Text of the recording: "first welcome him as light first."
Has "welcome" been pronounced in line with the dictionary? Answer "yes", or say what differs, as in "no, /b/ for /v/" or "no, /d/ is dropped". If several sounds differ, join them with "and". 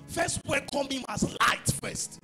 no, /l/ is dropped